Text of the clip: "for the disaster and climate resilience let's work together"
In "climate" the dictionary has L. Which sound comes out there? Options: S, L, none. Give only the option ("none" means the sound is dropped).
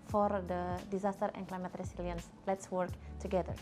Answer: L